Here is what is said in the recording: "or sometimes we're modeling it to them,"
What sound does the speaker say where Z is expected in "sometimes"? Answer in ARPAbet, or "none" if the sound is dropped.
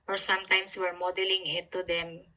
S